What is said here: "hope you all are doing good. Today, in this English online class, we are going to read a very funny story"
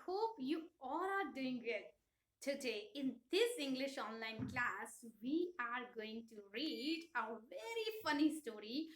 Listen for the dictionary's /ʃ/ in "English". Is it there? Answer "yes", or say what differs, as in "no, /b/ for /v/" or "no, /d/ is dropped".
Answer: yes